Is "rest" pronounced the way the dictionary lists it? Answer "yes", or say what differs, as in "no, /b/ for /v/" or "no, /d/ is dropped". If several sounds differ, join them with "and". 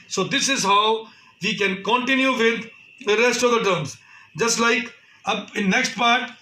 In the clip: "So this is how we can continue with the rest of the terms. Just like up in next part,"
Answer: yes